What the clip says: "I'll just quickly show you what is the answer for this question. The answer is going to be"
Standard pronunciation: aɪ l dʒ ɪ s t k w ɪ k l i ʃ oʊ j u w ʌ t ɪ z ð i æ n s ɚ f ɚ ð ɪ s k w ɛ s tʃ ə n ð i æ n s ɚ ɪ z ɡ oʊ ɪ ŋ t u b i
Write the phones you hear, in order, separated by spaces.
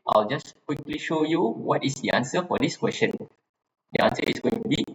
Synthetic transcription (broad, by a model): aɪ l dʒ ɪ s k w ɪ k l i ʃ oʊ j u w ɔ t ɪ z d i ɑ n s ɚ f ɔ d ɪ s k w ɛ s tʃ ə n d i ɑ n s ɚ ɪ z ɡ oʊ ɪ ŋ t u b i